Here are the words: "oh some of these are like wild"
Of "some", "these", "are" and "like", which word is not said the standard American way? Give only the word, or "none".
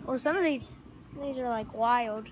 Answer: none